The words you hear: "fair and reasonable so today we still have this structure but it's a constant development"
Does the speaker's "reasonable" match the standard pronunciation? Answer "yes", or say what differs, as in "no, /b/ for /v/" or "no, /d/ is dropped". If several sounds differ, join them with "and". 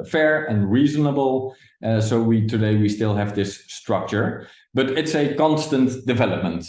yes